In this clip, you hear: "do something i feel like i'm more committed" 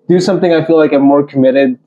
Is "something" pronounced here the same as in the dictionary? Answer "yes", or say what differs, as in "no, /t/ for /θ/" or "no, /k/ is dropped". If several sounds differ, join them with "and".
yes